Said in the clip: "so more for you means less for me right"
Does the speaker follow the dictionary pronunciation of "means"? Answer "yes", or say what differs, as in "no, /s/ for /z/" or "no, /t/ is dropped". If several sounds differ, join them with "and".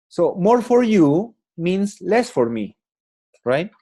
no, /s/ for /z/